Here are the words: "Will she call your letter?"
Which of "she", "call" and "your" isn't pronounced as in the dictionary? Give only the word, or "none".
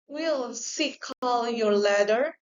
she